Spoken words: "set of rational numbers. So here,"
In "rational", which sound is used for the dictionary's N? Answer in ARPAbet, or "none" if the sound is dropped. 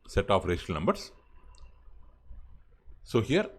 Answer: none